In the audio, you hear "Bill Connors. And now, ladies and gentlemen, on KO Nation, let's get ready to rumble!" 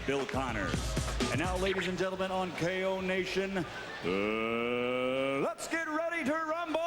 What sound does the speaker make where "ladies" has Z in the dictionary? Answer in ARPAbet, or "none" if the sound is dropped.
Z